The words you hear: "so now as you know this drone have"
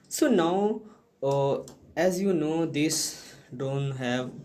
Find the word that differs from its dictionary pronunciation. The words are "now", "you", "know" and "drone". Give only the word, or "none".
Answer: drone